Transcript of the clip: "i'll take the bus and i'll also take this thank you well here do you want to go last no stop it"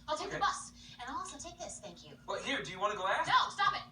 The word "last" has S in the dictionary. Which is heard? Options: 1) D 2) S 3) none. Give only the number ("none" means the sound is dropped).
3